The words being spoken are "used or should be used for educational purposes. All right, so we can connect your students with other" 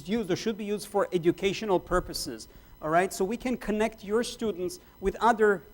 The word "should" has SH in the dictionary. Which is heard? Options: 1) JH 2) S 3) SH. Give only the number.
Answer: 3